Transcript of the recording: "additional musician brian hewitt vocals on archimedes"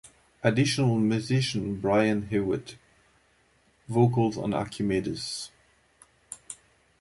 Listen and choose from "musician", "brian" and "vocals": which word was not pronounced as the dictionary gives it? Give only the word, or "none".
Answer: none